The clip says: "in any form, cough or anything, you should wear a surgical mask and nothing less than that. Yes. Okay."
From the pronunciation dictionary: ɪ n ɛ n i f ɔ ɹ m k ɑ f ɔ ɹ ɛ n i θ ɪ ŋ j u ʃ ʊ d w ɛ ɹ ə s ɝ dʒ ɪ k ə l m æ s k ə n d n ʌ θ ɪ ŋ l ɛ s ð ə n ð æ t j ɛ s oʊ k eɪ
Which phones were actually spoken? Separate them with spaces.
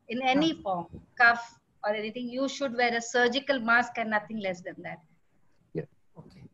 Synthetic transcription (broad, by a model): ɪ n ɛ n i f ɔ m k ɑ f ɔ ɹ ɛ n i t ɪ ŋ j u ʃ ʊ d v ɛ ɹ ə s ɝ dʒ ɪ k ə l m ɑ s k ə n n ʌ t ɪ ŋ l ɛ s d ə n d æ t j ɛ oʊ k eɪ